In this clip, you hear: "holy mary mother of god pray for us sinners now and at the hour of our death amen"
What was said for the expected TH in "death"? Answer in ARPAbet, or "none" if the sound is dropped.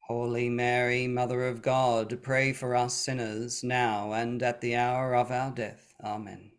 TH